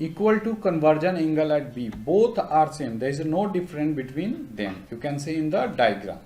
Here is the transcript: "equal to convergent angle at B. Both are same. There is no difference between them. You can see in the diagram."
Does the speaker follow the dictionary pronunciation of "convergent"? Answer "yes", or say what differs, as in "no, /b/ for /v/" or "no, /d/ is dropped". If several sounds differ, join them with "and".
no, /t/ is dropped